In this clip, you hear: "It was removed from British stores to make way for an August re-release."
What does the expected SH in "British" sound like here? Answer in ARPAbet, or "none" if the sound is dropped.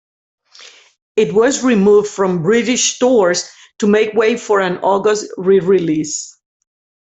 SH